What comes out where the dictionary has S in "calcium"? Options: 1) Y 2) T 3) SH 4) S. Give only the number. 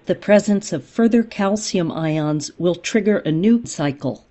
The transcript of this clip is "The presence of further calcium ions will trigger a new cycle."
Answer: 4